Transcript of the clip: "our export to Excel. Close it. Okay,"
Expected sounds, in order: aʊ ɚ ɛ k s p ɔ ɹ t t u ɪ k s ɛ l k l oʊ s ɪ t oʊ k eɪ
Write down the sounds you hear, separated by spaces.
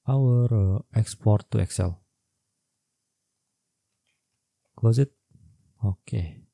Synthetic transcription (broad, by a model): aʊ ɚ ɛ k s p ɔ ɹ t t u ɪ k s ɛ l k w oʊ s ɪ t oʊ k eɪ